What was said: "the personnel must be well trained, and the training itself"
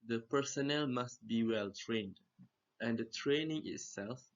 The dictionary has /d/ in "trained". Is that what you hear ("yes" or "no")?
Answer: yes